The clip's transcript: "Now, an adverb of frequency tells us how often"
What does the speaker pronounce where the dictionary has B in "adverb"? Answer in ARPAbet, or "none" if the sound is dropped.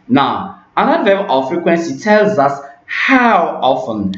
none